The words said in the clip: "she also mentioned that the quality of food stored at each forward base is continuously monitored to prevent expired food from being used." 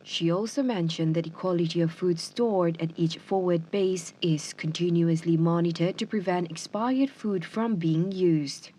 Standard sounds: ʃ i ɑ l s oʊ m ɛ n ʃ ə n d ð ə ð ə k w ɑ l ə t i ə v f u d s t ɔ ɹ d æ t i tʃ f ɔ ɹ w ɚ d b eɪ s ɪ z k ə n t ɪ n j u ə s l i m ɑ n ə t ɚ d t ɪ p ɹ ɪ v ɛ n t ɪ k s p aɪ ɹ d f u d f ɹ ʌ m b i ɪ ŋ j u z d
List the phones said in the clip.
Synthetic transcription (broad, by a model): ʃ i ɑ l s oʊ m ɛ n ʃ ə n ð ə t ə k w ɑ l ə t i ə v f u d s t ɔ ɹ d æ t i tʃ f ɔ ɹ w ɚ d b eɪ s ɪ z k ə n t ɪ n j u ə s l i m ɑ n ə t ɚ d t ɪ p ɹ ɪ v ɛ n t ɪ k s p aɪ ɹ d f u d f ɹ ʌ m b i ɪ ŋ j u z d